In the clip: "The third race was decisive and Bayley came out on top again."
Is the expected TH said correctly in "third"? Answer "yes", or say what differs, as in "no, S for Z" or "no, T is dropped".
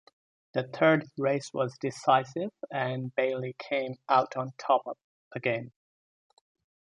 yes